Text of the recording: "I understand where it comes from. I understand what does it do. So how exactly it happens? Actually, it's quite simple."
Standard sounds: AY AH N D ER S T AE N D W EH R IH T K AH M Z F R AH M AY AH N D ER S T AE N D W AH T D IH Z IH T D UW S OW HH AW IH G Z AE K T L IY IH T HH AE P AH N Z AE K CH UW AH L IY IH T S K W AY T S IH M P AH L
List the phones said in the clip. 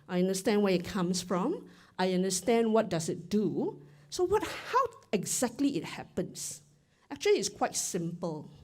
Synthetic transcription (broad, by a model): AY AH N D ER S T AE N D W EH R IH T K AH M S F R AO M AY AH N D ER S T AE N D W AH T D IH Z IH T D UW S OW HH AW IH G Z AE K T L IY IH T HH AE P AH N S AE K CH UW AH L IY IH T S K W AY T S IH M P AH L